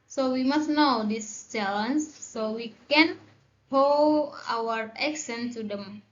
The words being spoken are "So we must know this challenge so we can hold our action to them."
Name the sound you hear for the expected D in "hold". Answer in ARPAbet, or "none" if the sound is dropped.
none